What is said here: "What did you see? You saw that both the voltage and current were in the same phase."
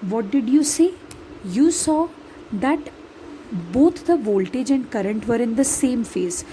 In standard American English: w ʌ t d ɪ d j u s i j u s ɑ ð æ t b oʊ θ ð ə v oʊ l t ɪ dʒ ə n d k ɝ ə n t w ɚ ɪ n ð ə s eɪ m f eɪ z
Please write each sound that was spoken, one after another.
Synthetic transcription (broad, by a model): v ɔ t d ɪ d j u s i j u s ɑ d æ t b oʊ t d ə v oʊ l t ɪ dʒ ə n d k ɝ ə n t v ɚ ɪ n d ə s eɪ m f eɪ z